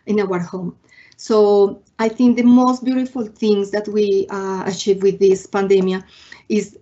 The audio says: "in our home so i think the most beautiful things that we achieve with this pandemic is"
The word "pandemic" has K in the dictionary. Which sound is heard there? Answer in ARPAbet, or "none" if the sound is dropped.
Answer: none